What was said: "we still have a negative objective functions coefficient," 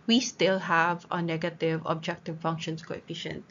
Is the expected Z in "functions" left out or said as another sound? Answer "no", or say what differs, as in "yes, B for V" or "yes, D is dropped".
yes, S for Z